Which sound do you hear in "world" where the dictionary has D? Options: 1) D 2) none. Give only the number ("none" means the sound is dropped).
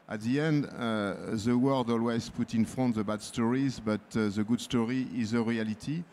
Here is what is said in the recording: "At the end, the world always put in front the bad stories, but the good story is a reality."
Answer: 1